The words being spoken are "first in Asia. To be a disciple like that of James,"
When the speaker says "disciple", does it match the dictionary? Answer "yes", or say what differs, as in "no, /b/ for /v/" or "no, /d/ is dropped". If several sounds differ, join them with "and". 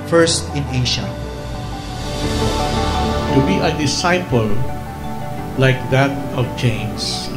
yes